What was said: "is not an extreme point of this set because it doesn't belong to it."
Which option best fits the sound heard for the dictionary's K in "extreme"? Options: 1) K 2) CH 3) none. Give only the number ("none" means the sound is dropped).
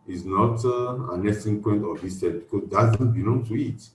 3